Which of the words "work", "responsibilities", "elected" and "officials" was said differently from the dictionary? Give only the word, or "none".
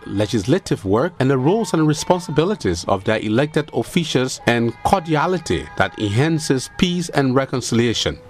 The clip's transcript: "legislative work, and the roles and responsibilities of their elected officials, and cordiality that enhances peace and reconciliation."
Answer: officials